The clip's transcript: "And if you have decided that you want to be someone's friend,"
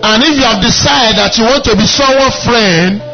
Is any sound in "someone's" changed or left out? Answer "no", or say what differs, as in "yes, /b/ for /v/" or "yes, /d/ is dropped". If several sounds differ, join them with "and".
yes, /m/ is dropped